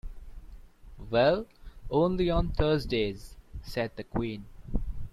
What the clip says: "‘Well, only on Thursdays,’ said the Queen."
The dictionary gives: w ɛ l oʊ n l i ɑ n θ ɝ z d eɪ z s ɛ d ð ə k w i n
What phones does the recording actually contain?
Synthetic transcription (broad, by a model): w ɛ l oʊ n l i ɑ n t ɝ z d eɪ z s ɛ d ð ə k w i n